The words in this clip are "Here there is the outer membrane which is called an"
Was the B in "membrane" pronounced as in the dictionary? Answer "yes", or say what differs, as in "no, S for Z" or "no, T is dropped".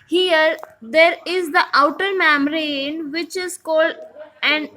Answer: no, B is dropped